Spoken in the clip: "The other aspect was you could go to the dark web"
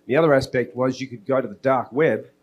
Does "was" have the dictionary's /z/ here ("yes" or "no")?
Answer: yes